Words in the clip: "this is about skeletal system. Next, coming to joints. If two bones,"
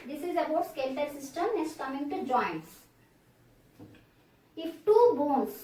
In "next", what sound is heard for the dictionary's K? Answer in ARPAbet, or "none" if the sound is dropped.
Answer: none